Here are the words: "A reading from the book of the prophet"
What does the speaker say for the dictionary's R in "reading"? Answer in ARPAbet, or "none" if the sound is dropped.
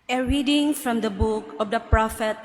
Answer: R